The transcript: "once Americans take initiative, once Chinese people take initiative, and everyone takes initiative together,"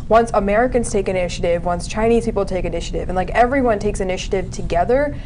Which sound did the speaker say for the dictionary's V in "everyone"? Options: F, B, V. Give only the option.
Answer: V